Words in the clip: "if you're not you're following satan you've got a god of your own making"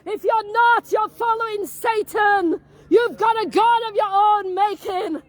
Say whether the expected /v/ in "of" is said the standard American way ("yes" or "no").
yes